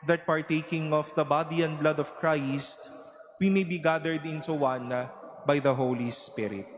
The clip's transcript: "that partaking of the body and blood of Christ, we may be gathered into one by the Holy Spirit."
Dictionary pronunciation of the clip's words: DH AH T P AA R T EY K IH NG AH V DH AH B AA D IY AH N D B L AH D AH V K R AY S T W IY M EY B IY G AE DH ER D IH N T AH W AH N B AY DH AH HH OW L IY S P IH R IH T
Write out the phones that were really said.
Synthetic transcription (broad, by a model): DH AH T P AA R T EY K IH NG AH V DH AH B AA D IY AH N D B L AH D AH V K R AY S T W IY M EY B IY G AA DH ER D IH N S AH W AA N B AY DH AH HH OW L IY S P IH R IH T